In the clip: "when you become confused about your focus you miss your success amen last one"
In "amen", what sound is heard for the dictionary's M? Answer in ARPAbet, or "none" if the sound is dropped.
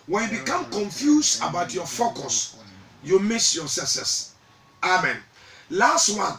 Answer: M